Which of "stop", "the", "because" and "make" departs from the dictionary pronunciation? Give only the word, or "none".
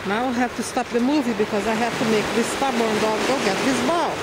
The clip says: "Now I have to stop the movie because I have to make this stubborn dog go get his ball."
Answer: none